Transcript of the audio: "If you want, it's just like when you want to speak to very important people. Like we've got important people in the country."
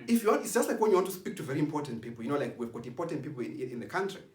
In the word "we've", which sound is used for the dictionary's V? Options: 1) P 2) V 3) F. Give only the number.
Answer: 2